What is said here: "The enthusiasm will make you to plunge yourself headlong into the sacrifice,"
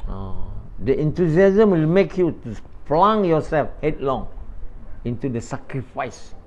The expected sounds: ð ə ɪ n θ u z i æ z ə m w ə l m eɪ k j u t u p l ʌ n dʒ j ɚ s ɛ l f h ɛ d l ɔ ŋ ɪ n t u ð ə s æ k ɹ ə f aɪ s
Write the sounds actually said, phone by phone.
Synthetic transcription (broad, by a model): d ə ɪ n t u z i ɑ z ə m w ə l m eɪ k j u t u f l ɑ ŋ j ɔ s ɛ l f h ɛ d l ɔ ŋ ɪ n t u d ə s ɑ k ɹ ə f aɪ s